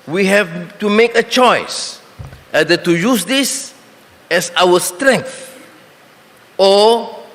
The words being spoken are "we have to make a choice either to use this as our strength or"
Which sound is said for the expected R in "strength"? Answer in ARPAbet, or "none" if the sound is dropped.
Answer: R